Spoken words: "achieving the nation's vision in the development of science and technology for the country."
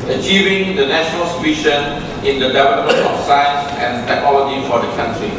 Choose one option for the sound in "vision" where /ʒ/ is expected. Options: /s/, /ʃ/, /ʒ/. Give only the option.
/ʃ/